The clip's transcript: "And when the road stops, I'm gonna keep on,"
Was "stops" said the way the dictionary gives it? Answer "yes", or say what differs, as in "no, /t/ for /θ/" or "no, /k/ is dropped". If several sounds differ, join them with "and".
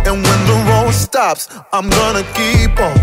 yes